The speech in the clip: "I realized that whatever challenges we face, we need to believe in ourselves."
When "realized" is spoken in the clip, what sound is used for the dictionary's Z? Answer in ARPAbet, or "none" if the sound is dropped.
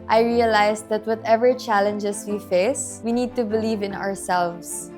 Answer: S